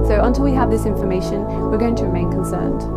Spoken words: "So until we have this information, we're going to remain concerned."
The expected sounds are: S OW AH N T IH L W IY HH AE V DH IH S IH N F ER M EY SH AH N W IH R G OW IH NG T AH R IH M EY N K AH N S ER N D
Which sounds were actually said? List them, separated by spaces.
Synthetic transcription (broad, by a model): S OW AH N T IH L W IY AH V DH IH S IH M F ER M EY SH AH N W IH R G OW IH NG T AH R IH M EY N K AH N S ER N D